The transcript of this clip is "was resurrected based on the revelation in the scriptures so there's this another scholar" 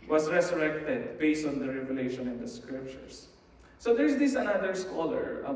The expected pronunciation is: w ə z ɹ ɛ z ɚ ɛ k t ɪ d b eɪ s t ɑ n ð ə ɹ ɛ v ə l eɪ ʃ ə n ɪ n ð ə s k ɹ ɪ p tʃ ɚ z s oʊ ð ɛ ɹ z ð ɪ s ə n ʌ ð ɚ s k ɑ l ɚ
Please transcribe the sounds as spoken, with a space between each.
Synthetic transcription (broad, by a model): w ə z ɹ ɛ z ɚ ɛ k t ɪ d b eɪ s t ɑ n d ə ɹ ɛ v ə l eɪ ʃ ə n ɪ n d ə s k ɹ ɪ p tʃ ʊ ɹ s oʊ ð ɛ ɹ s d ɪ s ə n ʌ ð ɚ s k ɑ l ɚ